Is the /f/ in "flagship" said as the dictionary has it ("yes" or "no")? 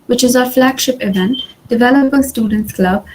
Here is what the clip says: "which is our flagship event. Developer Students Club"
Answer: yes